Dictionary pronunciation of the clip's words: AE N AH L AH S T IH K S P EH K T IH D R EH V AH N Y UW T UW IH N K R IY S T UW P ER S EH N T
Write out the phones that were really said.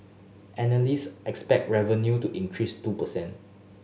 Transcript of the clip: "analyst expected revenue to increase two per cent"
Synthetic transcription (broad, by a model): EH N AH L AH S T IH K S P EH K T R EH V AH N Y UW T UW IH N K R IY S T UW P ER S EH N T